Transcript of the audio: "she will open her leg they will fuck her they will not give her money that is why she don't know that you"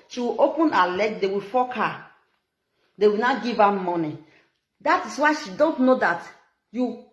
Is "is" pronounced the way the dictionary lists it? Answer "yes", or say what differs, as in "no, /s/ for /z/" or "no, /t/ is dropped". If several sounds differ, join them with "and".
no, /s/ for /z/